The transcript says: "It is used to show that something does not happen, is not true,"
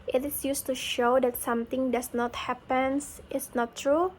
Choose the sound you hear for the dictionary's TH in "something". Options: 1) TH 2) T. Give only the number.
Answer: 2